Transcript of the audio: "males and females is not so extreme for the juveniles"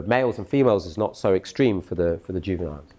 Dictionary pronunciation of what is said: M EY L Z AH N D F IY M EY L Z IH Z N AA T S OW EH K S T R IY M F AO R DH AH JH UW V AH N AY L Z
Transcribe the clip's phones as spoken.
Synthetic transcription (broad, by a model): M EY L Z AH N F IY M EY L Z IH Z N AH T S OW EH K S T R IY M F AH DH DH AH JH UW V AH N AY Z